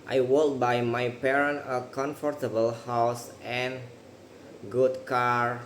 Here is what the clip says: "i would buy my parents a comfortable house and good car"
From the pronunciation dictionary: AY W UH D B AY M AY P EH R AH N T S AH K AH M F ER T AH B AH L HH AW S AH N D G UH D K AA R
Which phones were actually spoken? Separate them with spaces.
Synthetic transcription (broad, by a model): AY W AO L B AY M AY P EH R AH N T AH K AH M F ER T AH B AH L HH AW S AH N G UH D K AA R